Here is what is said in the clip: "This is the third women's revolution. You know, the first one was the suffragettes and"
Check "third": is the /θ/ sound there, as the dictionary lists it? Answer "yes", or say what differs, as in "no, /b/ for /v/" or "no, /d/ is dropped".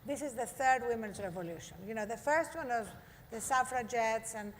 yes